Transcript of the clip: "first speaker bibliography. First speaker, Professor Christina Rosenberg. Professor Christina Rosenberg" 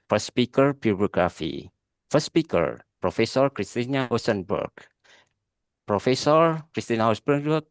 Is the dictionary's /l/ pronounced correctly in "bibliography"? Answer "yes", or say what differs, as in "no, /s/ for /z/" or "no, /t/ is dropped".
no, /l/ is dropped